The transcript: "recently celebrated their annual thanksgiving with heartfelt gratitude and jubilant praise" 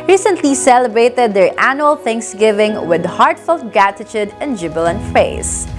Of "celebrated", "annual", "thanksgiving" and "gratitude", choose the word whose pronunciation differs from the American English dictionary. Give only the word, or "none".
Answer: gratitude